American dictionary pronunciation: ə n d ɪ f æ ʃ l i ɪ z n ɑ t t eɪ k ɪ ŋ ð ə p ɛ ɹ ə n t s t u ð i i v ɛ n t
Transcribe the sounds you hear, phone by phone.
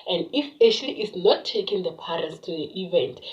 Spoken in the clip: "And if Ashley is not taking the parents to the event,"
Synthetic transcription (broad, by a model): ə n d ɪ p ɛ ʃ l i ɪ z n ɑ t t eɪ k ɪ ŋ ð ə p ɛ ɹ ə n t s t u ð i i v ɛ n t